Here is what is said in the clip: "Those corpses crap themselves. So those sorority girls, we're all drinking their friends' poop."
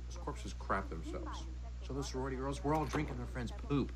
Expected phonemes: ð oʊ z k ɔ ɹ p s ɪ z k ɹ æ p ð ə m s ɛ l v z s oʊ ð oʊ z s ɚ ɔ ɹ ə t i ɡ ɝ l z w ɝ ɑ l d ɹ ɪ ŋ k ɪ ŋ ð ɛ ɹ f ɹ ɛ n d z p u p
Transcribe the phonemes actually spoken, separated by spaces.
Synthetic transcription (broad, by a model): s k ɔ ɹ p s ɪ z k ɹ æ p ð ə m s ɛ l v z s oʊ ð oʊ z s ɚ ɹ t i ɡ ɝ l z w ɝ ɑ l d ɹ ɪ ŋ k ɪ ŋ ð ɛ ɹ f ɹ ɛ n d z p u p